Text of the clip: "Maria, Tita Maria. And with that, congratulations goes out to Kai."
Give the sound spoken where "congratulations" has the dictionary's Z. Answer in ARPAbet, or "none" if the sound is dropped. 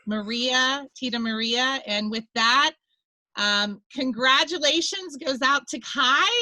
Z